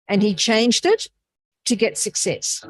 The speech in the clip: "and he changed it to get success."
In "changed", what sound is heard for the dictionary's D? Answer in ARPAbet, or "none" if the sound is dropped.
D